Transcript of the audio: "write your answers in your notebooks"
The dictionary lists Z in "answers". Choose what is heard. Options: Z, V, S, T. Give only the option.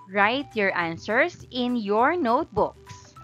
S